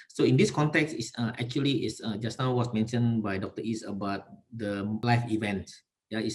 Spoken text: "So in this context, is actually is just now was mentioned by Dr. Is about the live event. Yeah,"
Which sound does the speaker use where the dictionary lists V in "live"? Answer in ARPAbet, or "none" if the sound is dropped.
F